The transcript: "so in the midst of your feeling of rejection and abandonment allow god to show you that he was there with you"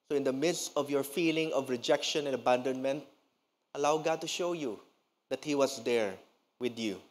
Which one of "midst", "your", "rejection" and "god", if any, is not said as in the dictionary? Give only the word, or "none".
none